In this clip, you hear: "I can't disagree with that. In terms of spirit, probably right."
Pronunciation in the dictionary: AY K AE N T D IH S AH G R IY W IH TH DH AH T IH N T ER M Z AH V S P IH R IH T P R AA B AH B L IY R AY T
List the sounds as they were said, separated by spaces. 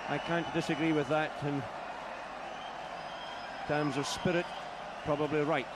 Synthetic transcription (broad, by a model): AY K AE N D IH S AH G R IY W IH DH AH T IH N T ER M Z AH V S P IH R IH T P R AA B AH B L IY R AY T